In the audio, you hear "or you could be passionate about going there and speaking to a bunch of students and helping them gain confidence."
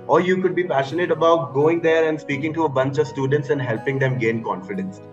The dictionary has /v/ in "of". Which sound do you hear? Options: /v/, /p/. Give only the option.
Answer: /v/